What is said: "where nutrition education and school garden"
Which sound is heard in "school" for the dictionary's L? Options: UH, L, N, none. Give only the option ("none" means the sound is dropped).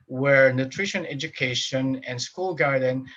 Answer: L